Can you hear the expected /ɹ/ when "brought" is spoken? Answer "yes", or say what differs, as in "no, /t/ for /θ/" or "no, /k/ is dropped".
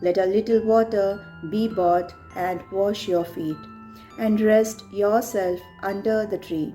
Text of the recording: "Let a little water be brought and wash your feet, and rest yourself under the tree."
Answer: no, /ɹ/ is dropped